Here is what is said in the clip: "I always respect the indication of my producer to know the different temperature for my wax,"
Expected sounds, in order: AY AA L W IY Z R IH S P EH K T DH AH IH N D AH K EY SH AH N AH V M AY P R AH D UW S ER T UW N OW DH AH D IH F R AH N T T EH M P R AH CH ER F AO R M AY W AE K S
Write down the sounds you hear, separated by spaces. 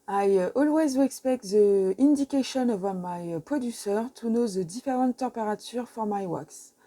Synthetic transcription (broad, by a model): AY AA L W IY Z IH S P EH K T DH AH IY N D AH K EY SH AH N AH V M AY P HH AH D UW S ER T UW N OW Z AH D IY F R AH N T T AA P R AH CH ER F AO R M AY W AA K S